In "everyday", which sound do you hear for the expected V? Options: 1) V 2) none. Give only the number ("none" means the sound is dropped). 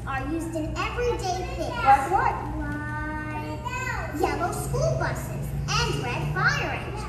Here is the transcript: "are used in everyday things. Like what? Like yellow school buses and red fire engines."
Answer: 1